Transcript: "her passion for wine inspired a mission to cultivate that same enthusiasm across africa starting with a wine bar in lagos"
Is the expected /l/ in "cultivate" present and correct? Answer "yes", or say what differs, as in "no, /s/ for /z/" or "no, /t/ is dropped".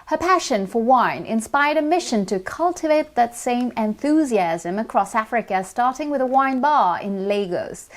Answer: yes